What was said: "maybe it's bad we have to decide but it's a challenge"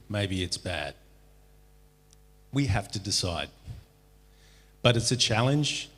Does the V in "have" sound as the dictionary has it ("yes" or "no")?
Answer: no